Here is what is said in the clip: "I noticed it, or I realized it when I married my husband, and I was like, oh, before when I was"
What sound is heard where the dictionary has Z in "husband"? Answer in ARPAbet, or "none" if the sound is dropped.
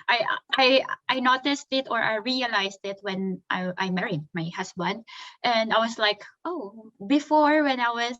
S